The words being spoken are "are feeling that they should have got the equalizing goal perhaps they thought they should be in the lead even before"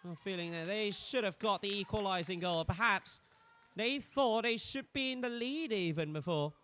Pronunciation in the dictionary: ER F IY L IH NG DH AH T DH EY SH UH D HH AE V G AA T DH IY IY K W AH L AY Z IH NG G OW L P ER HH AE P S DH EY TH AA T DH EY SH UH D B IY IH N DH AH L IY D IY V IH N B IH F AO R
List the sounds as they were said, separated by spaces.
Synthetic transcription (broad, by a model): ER F IY L IH NG DH AH T DH EY SH UH D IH V G AA T DH IY IY K W AH L AY Z IH NG G OW L P ER HH AE P S DH EY TH AA T DH EY SH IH D B IY IH N DH AH L IY D IY V IH N B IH F AO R